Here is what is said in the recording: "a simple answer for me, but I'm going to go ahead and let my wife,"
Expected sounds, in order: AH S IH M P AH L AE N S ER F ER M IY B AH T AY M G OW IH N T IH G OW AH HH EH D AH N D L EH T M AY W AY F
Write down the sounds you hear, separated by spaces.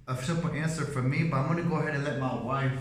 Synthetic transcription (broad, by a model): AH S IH P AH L AE N S ER F ER M IY B AH T AY M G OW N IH G OW AH HH EH D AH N L EH T M AY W AY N